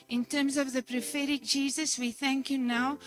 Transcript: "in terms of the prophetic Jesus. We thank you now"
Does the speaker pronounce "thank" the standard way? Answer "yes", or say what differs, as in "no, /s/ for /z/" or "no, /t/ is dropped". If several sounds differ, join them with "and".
yes